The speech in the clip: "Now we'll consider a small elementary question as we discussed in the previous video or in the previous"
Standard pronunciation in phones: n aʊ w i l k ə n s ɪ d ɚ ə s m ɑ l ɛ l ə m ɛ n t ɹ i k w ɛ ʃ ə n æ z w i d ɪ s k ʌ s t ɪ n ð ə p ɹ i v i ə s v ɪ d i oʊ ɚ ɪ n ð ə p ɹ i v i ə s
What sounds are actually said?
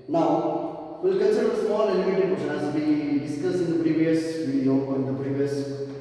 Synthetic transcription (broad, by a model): n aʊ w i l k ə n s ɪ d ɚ ə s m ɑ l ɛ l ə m ɛ t i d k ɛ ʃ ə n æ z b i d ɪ s k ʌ s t ɪ n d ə p ɹ i v i ə s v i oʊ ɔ ɪ n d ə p ɹ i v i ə s